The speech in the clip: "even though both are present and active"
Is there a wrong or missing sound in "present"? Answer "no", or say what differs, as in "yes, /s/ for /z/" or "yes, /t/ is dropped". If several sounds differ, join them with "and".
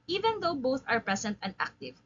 yes, /s/ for /z/